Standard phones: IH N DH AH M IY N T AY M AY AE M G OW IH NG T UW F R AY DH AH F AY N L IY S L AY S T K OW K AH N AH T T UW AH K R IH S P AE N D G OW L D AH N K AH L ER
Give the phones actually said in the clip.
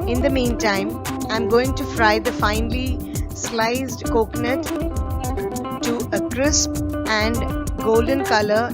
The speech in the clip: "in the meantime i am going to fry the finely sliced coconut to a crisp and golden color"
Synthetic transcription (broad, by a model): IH N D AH M IY N T AY M AY M G OW IH NG T UW F R AY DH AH F AY N L IY S L AY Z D K OW K N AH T T UW AH K R IH S P AE N D G OW L D AH N K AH L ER